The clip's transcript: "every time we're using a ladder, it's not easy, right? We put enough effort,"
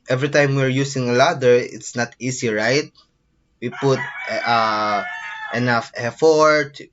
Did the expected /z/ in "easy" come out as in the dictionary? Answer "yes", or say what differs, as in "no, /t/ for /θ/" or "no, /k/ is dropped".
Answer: no, /s/ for /z/